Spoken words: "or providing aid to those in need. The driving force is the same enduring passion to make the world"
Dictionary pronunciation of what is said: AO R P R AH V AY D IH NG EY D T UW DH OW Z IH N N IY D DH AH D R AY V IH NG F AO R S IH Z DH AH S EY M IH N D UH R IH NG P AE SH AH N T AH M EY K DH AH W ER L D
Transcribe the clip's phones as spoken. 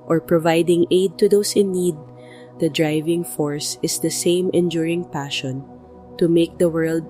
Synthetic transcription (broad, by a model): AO R P R AH V AY D IH NG EY D T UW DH OW S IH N N IY D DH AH D R AY V IH NG F AO R S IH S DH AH S EY M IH N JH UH R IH NG P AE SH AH N T AH M EY K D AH W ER L D